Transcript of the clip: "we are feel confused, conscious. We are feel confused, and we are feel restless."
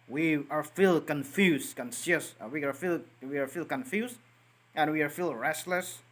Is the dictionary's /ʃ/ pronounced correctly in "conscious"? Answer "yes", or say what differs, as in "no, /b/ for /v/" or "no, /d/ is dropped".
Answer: no, /s/ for /ʃ/